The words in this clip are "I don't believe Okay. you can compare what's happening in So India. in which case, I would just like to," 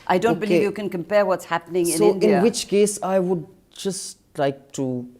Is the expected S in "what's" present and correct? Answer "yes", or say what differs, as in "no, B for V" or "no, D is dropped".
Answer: yes